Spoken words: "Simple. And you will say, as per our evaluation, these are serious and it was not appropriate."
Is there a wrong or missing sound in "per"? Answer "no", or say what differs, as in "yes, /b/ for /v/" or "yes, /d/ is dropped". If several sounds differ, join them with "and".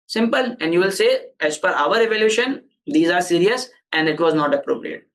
yes, /f/ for /p/